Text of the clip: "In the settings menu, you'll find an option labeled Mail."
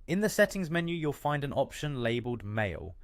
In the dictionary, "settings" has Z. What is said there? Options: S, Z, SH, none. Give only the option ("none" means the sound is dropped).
Z